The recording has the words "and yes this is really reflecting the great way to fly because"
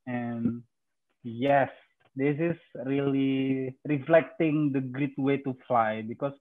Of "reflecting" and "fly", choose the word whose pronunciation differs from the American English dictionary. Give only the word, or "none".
none